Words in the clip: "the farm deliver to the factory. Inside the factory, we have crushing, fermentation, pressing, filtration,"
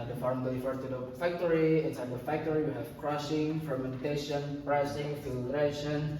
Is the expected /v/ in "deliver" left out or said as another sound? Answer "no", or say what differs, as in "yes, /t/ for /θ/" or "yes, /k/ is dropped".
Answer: yes, /f/ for /v/